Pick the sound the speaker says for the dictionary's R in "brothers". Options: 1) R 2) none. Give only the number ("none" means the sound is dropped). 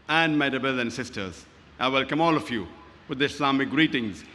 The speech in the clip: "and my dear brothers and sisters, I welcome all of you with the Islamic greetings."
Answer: 2